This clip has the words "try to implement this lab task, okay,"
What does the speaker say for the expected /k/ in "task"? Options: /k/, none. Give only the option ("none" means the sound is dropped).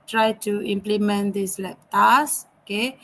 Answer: none